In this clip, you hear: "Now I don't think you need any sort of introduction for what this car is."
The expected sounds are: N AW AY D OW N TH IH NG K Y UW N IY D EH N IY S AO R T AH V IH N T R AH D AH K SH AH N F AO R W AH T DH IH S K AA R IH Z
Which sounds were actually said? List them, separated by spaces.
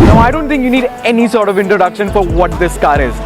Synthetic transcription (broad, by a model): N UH AY D OW N T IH NG K Y UW N IY D EH N IY S AO R T AH V IH N T R AH D AH K SH AH N F AO R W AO T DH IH S K AA R IH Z